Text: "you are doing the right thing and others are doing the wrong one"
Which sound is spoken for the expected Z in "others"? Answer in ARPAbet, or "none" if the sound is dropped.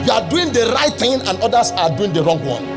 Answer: S